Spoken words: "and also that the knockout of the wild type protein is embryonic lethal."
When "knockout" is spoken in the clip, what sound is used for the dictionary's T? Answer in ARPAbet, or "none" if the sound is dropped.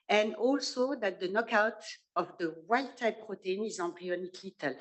T